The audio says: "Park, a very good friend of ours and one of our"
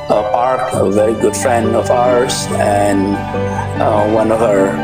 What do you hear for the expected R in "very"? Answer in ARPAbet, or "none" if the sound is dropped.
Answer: R